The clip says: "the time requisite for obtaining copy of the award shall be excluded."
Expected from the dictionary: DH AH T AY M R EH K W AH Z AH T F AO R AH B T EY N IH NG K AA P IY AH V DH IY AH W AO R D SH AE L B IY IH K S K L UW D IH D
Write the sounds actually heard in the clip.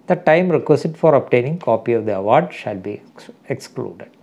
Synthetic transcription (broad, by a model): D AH T AY M R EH K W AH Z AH T F AO R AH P T EY N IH NG K AA P IY AH V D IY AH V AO R D SH AE L B IY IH K S K L UW D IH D